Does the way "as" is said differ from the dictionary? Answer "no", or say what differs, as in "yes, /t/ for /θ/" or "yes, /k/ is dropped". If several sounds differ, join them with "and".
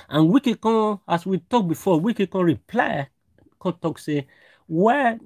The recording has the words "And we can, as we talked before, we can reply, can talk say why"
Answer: yes, /s/ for /z/